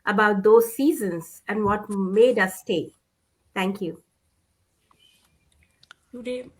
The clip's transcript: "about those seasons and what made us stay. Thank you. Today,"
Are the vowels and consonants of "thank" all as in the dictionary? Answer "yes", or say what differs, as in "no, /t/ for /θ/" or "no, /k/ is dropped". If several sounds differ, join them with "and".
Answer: no, /t/ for /θ/